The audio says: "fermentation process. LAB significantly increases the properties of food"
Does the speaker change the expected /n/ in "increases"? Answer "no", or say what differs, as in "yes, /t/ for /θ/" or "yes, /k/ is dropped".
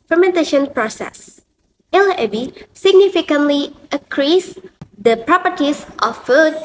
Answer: yes, /n/ is dropped